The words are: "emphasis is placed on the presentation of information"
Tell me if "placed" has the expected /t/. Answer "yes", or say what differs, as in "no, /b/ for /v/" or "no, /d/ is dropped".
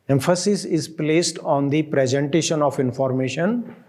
yes